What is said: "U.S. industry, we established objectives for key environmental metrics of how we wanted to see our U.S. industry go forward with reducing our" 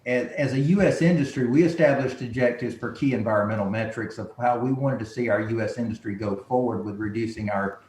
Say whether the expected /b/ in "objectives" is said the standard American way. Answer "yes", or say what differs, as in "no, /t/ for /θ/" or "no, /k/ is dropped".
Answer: no, /b/ is dropped